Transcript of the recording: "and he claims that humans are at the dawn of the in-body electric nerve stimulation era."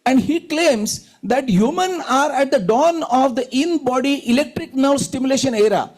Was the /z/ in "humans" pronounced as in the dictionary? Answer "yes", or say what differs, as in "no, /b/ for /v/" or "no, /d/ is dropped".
no, /z/ is dropped